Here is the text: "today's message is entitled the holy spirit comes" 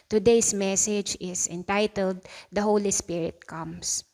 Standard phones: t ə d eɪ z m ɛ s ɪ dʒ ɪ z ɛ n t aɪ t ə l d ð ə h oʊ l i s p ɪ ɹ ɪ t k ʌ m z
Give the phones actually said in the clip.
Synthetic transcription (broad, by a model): t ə d eɪ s m ɛ s ɪ dʒ ɪ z ɛ n t aɪ t ə l d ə h oʊ l i s p ɪ ɹ ɪ t k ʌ m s